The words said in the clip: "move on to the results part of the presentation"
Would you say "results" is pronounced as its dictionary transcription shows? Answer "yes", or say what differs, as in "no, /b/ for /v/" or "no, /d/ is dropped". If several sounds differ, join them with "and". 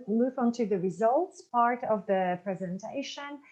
yes